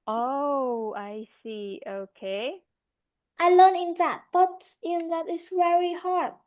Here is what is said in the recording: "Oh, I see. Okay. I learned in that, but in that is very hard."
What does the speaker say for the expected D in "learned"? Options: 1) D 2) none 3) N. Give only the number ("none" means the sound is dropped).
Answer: 2